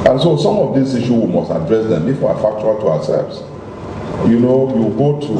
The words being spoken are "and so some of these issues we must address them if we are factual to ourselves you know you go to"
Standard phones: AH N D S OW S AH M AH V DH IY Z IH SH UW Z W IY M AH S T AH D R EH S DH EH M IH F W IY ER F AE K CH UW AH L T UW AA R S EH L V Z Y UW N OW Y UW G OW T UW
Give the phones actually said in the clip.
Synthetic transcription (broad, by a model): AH N S OW S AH M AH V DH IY S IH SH UW W IY M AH S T AH D R EH S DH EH M IH F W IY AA F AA K CH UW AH L T UW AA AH S EH L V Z Y UW N OW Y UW G OW T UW